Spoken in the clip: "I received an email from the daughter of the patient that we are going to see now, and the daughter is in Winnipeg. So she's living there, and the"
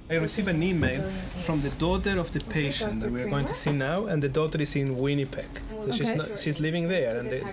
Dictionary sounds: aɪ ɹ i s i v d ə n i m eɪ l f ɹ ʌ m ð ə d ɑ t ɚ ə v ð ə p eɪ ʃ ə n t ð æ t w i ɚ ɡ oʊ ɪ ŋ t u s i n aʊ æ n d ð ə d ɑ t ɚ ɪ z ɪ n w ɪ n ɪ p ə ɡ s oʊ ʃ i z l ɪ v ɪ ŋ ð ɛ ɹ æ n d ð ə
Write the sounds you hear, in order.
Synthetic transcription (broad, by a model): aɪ ɹ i s i v ə n i m eɪ l f ɹ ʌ m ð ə d ɑ t ɚ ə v ð ə p eɪ ʃ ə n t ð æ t w i ɚ ɡ oʊ ɪ ŋ t u s i n aʊ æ n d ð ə d ɑ t ɚ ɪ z ɪ n w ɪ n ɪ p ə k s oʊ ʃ i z l ɪ v ɪ ŋ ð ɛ ɹ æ n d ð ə